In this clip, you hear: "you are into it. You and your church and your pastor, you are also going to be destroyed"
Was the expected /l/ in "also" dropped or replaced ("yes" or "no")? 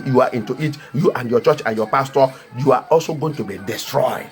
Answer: no